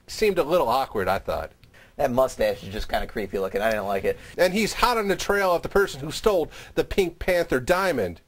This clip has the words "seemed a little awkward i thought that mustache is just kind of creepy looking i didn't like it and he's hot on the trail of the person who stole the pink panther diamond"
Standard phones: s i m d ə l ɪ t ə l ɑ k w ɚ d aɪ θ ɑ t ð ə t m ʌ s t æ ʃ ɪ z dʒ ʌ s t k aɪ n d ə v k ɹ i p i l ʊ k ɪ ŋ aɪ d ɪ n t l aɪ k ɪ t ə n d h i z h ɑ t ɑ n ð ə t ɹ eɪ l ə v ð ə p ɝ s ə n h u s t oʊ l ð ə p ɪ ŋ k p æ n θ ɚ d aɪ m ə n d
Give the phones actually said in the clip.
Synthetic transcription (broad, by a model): s i m d ə l ɪ t l ɑ k w ɚ d aɪ θ ɑ t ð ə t m ʌ s t æ ʃ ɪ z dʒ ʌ s k aɪ n d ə k ɹ i p i l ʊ k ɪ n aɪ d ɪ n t l aɪ k ɪ t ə n i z h ɑ t n ð ə t ɹ eɪ l ə v ð ə p ɝ s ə n h u s t oʊ l ð ə p ɪ ŋ k p æ n θ ɚ d aɪ m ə n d